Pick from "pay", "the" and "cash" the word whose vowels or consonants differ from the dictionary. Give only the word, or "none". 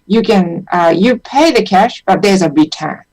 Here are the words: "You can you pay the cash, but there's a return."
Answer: none